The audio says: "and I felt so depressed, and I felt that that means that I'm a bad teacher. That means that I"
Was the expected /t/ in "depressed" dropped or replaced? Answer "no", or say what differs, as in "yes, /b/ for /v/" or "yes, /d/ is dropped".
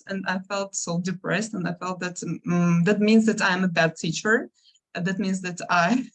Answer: no